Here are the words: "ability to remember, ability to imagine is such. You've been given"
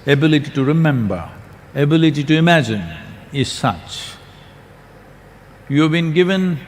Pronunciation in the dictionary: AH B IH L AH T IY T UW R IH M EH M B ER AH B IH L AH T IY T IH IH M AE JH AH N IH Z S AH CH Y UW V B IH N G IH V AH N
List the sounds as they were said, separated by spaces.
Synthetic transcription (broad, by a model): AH B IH L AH T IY T UW R IH M EH M B ER AH B IH L AH T IY T IH IH M AE JH AH N IH Z S AH CH Y UW V B IH N G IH V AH N